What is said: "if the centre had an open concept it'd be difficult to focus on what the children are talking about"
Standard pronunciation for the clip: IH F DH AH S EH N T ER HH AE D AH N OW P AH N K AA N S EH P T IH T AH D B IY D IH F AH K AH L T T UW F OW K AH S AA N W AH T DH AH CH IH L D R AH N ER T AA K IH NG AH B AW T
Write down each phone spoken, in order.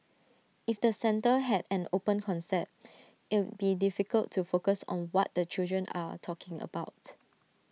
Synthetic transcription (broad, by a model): IH F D AH S EH N T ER HH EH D AH N OW P AH N K AA N S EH T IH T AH B IY D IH F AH K AH L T T UW F OW K AH S AA N W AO T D AH CH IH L D R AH N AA T AA K IH NG AH B AW T